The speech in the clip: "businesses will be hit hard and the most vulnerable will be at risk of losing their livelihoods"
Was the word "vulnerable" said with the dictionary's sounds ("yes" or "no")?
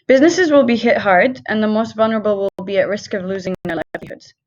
yes